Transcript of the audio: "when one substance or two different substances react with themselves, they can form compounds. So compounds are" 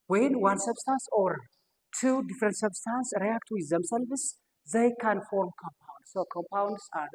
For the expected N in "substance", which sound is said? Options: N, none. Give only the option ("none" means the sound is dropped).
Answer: N